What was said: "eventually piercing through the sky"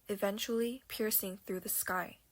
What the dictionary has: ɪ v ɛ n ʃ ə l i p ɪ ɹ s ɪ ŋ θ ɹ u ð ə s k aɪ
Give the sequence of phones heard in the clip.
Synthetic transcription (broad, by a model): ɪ v ɛ n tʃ l i p ɪ ɹ s ɪ ŋ θ ɹ u ð ə s k aɪ